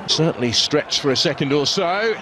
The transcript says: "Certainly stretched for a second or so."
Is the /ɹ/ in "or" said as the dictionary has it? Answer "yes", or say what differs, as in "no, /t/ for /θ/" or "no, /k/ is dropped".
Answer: no, /l/ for /ɹ/